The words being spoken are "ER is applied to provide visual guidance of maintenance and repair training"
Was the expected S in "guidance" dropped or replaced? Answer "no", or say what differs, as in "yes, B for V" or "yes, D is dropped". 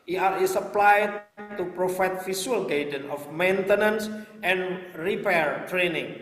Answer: yes, S is dropped